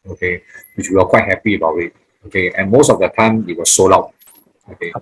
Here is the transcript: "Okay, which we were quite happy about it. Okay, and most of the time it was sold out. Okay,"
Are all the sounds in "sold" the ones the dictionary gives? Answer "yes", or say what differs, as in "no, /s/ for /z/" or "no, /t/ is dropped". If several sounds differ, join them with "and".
no, /d/ is dropped